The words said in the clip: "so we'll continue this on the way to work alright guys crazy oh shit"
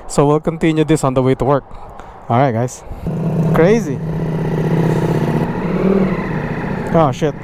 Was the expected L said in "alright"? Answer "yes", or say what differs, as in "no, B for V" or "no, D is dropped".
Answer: no, L is dropped